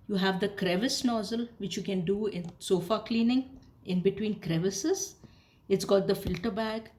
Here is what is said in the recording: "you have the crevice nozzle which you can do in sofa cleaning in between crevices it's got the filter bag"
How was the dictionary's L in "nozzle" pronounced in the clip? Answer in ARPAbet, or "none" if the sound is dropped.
L